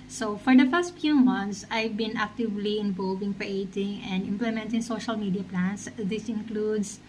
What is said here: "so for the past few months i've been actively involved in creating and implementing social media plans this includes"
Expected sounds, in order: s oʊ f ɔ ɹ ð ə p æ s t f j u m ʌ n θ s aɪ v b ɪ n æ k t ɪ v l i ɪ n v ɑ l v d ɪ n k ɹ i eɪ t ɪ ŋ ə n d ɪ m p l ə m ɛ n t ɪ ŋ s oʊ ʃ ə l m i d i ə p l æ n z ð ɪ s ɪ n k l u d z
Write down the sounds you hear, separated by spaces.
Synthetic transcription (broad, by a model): s oʊ f ɔ ɹ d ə f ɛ s t f j u m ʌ n t s aɪ v b ɪ n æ k t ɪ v l i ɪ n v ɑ l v ɪ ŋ k ɹ i eɪ t ɪ ŋ ə n d ɪ m p l ə m ɛ n t ɪ ŋ s oʊ ʃ ə l m i d i ə p l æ n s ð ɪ s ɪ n k l u d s